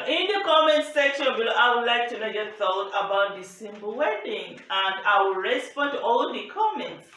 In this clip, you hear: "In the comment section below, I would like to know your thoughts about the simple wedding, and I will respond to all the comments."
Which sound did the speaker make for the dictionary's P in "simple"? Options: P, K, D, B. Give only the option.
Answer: B